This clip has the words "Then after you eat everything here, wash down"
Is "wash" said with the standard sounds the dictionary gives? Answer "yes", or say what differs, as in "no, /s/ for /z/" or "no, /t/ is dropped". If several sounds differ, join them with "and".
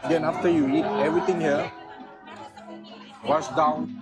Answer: no, /s/ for /ʃ/